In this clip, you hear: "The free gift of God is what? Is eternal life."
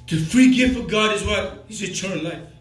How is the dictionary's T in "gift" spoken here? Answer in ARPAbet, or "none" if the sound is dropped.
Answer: none